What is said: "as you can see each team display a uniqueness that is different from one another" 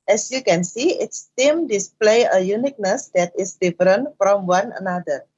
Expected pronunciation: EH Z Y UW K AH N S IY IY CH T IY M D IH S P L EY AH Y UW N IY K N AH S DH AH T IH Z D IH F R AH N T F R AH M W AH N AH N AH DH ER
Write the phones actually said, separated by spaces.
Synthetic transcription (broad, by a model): EH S Y UW K AH N S IY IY S T IY M D IH S P L EY AH Y UW N IY K N AH S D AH T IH S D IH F R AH N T F R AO M W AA N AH N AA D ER